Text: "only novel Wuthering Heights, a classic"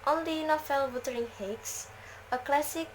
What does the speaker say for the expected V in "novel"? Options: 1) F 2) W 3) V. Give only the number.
1